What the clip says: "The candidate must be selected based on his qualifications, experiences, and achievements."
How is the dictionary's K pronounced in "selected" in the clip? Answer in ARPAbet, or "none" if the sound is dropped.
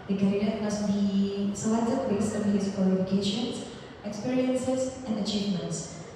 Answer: none